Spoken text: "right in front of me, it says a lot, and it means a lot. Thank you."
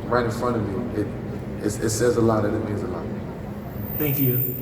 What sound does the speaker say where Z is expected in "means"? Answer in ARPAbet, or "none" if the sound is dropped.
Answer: Z